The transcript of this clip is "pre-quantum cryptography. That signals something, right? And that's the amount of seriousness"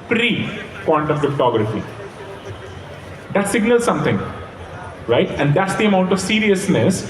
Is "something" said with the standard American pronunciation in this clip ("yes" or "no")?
no